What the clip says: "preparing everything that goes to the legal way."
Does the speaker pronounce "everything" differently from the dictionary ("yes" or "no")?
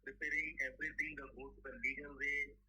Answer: yes